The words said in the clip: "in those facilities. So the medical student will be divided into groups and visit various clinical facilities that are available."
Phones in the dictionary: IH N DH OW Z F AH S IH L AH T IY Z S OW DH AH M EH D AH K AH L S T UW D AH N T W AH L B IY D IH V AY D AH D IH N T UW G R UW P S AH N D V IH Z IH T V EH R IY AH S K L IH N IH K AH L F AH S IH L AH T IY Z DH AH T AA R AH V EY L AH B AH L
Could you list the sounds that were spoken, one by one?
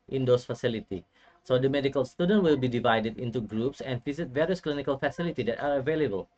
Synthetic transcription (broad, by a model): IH N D OW S F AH S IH L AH T IY S OW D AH M EH D AH K AH L S T UW D AH N T W AH L B IY D IH V AY D AH D IH N T UW G R UW P S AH N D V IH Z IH T V EH R IY AH S K L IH N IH K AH L F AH S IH L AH T IY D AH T AA R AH V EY L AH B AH L